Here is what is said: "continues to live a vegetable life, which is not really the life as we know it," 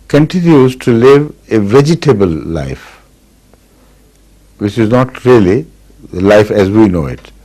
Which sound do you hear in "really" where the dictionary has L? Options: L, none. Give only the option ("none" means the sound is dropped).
none